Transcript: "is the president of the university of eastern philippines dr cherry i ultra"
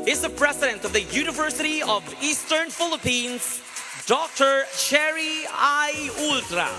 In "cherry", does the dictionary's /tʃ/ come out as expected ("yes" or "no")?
no